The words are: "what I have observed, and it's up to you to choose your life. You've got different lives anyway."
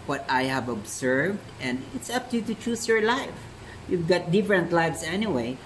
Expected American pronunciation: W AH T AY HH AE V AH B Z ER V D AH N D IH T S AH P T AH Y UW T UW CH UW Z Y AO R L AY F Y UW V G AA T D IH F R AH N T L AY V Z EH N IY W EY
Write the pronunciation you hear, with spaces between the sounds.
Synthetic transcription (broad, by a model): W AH T AY HH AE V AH B S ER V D AH N D IH T S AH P T AH Y UW T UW CH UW S Y AO R L AY F Y UW V G AA T D IH F R AH N T L AY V S EH N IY W EY